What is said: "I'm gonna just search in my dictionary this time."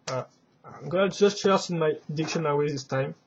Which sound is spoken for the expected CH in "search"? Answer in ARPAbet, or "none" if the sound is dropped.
S